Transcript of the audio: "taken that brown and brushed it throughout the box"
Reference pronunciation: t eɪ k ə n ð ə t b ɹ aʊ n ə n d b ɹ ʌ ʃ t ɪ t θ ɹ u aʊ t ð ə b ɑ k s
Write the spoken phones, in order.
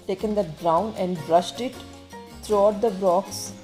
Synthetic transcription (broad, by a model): t eɪ k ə n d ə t b ɹ aʊ n ə n d b ɹ ʌ ʃ t ɪ t t ɹ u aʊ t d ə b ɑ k s